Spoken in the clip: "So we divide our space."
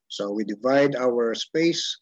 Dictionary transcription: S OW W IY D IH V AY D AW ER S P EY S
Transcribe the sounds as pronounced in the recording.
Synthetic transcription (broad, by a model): S OW W IY D IH V AY D AW ER S P EY S